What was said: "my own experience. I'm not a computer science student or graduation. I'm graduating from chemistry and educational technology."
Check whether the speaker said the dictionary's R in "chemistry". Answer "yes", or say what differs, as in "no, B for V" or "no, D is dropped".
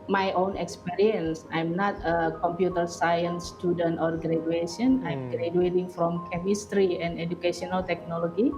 yes